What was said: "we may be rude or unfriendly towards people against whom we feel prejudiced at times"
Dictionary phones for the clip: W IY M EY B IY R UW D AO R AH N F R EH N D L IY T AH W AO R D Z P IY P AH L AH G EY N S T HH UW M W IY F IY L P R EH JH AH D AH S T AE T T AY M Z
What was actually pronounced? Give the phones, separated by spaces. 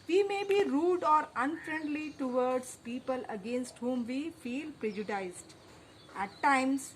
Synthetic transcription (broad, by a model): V IY M EY B IY R UW D AO R AH N F R EH N D L IY T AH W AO R D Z P IY P AH L AH G EY N S T HH UW M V IY F IY L P R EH JH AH D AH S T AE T T AY M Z